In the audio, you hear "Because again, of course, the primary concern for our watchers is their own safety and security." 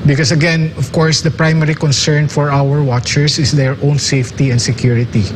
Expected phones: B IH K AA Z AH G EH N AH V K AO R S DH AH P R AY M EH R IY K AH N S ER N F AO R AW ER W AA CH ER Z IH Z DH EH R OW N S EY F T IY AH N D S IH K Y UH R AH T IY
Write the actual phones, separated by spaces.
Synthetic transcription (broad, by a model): B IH K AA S AH G EH N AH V K AO R S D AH P R AY M EH R IY K AH N S ER N F AO R AW ER W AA CH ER S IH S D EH R OW N S EY F T IY AH N D S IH K Y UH R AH T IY